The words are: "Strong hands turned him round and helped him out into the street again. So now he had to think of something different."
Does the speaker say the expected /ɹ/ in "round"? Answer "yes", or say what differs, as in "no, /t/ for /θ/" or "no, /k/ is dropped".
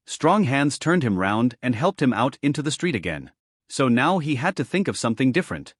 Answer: yes